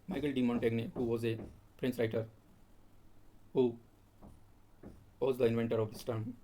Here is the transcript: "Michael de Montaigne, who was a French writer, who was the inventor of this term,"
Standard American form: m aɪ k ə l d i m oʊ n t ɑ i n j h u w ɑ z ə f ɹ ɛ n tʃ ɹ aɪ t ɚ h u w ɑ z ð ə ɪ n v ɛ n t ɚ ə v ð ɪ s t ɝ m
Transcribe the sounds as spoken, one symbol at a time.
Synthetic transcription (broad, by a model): m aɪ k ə l d i m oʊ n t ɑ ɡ n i h u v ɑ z ə p ɹ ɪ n s ɹ aɪ t ɚ h u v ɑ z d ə ɪ n v ɛ n t ɚ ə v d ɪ s t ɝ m